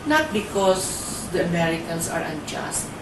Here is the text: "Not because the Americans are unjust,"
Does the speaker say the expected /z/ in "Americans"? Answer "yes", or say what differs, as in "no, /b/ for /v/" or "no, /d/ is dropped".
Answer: no, /s/ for /z/